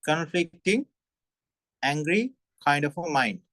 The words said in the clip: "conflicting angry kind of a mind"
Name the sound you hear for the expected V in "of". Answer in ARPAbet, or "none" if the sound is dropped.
F